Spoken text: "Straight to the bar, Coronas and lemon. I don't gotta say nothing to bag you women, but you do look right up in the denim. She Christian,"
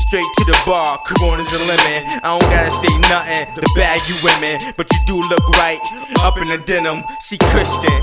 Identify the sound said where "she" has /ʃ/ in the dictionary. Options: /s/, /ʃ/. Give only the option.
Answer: /s/